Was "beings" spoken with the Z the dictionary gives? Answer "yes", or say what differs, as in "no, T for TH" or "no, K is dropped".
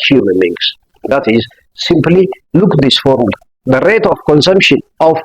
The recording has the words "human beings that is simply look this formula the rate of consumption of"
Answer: no, S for Z